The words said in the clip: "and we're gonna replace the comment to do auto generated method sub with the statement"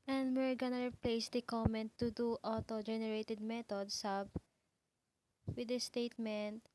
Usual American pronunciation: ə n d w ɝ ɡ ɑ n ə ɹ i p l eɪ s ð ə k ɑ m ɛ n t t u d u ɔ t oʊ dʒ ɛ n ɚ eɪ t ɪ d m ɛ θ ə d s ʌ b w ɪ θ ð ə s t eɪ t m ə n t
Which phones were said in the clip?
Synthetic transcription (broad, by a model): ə n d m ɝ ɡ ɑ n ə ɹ p l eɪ s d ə k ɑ m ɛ n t t u d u ɔ t oʊ dʒ ɛ n ɚ eɪ t ɪ d m ɛ t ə d s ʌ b w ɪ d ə s t eɪ t m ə n t